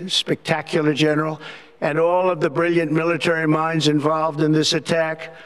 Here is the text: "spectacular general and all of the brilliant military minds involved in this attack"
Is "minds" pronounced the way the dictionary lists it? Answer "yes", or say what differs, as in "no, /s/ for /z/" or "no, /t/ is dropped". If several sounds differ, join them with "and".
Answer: yes